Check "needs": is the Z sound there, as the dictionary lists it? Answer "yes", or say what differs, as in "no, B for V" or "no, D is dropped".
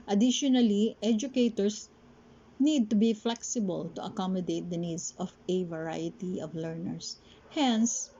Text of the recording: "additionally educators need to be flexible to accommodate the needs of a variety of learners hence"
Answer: no, S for Z